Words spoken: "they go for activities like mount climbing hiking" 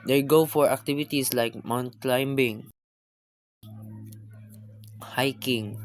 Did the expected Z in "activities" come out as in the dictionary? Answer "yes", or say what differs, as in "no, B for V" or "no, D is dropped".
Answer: no, S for Z